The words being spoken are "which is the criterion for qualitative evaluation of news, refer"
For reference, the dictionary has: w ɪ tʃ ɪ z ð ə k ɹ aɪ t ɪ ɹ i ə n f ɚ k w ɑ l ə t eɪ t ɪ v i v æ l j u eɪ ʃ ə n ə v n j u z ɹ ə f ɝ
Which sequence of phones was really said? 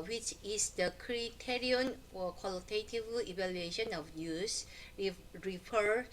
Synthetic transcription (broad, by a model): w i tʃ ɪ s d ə k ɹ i t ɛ ɹ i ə n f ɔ k w ɑ l ə t eɪ t ɪ v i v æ l j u eɪ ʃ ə n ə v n j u s ɹ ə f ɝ